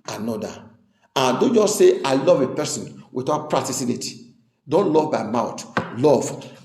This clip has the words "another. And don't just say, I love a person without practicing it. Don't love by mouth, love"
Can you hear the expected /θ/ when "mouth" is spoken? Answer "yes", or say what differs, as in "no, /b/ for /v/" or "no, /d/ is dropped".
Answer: no, /t/ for /θ/